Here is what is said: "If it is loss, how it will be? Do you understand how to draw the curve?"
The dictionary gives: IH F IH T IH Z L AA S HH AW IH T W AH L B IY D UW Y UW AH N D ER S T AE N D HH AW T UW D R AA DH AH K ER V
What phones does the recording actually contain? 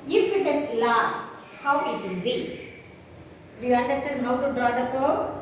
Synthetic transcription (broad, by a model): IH F IH T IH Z L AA S HH AW IH T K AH N B IY D UW Y UW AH N D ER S T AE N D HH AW T UW D R AA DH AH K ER